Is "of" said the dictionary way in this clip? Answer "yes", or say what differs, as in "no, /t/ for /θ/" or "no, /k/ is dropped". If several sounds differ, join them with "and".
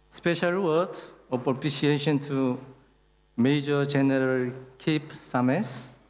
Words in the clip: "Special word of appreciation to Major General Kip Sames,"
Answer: no, /p/ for /v/